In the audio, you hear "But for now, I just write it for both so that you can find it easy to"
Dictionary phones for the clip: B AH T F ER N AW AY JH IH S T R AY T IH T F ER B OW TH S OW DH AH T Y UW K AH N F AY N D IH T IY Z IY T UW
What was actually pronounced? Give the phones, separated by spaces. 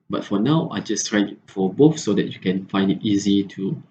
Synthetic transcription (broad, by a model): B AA T F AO N AW AY JH IH S T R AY IH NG F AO B OW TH S OW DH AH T Y UW K AH N F AY N D IH T IY Z IY T UW